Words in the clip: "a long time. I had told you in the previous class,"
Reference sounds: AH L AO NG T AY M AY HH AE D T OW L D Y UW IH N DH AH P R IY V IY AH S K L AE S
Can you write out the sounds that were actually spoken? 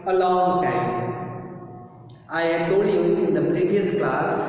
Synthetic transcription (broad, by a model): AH L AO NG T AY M AY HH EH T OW D Y UW IH N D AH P R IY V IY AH S K L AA S